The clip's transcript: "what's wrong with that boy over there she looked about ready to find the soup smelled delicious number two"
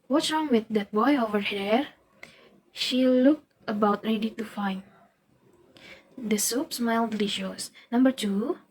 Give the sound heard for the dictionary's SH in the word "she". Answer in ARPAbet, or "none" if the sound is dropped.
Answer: SH